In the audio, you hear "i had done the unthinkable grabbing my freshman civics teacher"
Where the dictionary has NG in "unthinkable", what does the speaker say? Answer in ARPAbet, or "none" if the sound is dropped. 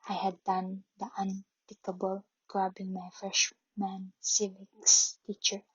none